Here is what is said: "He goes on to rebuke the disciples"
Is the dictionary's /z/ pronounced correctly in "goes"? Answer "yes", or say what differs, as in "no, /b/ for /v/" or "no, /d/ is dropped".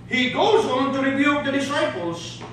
yes